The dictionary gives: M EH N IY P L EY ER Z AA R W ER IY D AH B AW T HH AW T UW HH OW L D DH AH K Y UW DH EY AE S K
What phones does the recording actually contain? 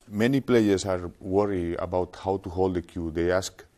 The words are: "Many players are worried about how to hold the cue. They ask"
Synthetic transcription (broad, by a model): M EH N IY P L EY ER S AA R W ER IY AH B AW T HH AW T UW HH OW L D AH K Y UW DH EY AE S K